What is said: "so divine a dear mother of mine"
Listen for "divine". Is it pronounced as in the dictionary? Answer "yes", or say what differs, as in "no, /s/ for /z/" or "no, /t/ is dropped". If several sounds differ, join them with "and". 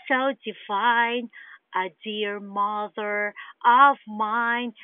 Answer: no, /f/ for /v/